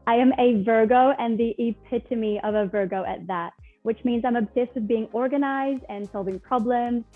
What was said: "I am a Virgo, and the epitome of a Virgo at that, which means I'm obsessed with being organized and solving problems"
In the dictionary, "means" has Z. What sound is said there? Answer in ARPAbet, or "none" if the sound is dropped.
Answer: Z